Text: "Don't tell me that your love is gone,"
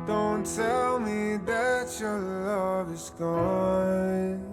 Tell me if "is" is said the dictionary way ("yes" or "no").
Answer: no